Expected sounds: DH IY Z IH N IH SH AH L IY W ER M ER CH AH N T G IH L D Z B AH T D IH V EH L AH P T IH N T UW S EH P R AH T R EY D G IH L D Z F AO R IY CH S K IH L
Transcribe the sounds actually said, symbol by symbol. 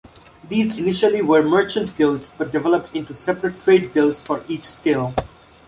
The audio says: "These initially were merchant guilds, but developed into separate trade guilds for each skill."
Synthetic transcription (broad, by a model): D IY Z IH N IH SH AH L IY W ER M ER CH AH N T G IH L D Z B AH T D IH V EH L AH P T IH N T UW S EH P R AH T R EY D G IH L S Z F AO R IY CH S K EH L